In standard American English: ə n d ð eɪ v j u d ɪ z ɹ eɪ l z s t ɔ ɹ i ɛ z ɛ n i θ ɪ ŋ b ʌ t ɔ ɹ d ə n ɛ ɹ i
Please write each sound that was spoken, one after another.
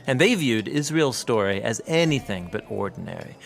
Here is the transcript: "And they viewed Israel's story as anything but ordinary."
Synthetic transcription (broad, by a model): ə n ð eɪ v j u d ɪ z ɹ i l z s t ɔ ɹ i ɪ z ɛ n i θ ɪ ŋ b ʌ t ɔ ɹ d n ɛ ɹ i